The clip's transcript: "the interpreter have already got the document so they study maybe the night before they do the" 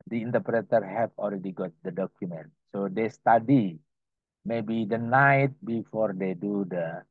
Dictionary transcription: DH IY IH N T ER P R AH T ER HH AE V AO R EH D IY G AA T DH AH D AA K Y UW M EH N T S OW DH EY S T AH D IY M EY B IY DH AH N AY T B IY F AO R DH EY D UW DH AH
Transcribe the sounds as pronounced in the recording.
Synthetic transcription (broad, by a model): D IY IH N T ER P R AH T ER HH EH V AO L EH D IY G AA T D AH D AA K Y UW M EH N T S OW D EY S T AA D IY M EY B IY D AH N AY T B IY F AO R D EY D UW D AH